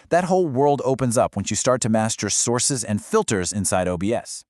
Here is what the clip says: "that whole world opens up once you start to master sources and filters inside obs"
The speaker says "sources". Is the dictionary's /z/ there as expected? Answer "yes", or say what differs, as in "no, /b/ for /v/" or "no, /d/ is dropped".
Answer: yes